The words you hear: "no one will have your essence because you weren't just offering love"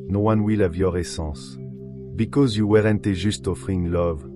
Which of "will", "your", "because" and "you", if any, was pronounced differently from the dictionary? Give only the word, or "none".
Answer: none